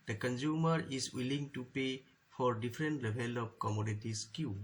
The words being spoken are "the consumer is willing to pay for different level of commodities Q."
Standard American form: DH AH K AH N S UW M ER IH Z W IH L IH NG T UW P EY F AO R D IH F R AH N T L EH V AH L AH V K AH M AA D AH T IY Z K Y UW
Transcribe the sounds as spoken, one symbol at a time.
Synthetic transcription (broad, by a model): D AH K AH N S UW M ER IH S W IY L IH NG T UW P EY F AO R D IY F R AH N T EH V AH L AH P K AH M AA D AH T IY S K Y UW